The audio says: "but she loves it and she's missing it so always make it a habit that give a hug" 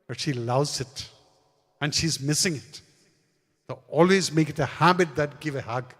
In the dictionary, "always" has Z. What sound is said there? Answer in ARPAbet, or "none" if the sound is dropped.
Z